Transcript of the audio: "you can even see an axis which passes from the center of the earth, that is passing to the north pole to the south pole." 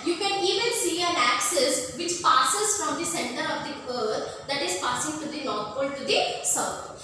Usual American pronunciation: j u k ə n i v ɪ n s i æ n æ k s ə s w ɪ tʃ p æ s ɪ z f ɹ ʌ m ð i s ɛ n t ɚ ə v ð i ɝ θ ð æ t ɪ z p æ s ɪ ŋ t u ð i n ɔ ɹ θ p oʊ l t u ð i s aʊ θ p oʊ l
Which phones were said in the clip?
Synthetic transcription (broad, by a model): j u k ə n i v ɪ n s i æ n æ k s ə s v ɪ tʃ p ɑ s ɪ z f ɹ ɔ m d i s ɛ n t ɚ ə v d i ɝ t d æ t ɪ z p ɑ s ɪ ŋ t u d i l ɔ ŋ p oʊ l t u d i s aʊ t